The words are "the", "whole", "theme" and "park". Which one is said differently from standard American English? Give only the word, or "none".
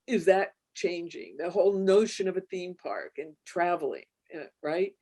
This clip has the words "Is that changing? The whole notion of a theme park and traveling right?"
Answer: none